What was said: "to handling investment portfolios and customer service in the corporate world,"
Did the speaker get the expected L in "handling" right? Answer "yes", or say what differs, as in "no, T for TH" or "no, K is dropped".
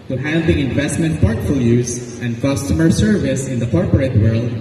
no, L is dropped